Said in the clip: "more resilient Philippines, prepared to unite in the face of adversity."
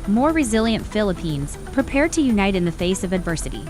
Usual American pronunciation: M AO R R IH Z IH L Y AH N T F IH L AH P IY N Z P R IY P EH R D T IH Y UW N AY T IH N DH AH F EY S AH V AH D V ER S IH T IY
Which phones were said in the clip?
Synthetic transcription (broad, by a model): M AO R R IH Z IH L Y AH N T F IH L AH P IY N Z P R IY P EH R D T IH Y UW N AY T IH N DH AH F EY S AH V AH D V ER S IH T IY